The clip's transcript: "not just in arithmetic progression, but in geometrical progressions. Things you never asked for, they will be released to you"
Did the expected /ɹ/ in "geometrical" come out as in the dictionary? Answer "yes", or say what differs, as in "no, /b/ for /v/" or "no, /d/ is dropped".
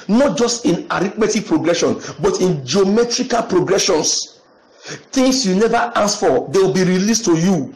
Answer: yes